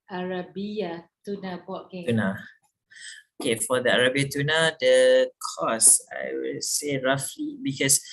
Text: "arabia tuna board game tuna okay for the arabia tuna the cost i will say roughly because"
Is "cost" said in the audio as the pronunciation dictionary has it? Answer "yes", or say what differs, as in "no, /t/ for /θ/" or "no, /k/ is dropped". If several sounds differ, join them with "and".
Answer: no, /t/ is dropped